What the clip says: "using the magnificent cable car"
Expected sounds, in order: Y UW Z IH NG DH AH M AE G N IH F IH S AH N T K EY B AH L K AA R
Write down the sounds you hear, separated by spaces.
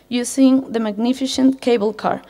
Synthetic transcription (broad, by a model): Y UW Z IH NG DH AH M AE G N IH F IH SH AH N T K EY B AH L K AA R